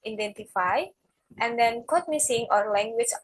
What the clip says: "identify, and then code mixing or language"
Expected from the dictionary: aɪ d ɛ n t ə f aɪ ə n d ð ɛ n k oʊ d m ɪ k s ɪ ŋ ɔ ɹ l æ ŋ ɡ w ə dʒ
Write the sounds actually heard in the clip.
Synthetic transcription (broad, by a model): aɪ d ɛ n t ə f aɪ ə n d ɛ n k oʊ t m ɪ s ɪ ŋ ɔ ɹ l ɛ ŋ ɡ w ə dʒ